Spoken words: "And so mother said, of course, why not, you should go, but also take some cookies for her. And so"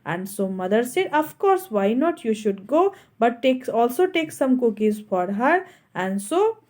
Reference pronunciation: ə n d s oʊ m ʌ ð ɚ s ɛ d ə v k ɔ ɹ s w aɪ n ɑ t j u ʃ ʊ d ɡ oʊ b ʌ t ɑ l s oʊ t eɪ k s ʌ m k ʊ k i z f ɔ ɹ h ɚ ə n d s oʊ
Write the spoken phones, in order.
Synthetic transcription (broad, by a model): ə n d s oʊ m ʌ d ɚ s ɛ d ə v k ɔ ɹ s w aɪ n ɑ t j u ʃ ʊ d ɡ oʊ b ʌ t ɑ l s oʊ t eɪ k s ʌ m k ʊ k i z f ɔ ɹ h ɚ ə n d s oʊ